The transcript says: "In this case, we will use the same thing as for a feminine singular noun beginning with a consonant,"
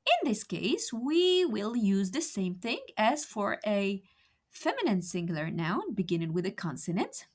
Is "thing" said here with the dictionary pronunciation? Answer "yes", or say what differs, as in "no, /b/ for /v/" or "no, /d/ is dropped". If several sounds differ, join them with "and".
yes